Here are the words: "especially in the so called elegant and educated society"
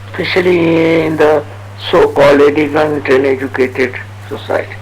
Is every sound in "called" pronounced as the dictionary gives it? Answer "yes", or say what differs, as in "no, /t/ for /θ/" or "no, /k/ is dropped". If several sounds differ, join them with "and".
no, /d/ is dropped